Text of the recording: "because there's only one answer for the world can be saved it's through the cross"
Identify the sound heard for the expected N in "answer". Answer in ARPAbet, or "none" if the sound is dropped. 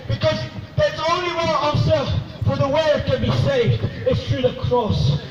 none